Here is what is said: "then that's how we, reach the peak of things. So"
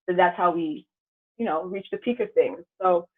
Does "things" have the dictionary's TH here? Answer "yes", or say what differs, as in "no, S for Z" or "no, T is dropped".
yes